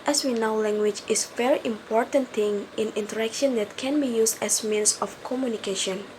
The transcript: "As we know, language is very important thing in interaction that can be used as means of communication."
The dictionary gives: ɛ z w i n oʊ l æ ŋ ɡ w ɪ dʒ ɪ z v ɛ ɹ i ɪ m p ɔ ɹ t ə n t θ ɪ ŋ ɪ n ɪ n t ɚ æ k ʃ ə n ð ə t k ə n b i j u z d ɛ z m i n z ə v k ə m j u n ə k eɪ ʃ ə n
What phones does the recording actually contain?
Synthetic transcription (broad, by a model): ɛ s w i n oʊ l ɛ ŋ ɡ w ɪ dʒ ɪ s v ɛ ɹ i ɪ m p ɔ ɹ t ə n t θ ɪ ŋ ɪ n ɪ n t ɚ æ k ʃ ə n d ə t k ə n b i j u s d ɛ s m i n s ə f k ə m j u n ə k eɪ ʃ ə n